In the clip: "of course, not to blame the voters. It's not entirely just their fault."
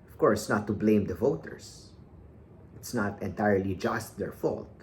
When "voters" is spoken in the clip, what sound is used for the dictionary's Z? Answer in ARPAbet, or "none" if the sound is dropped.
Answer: S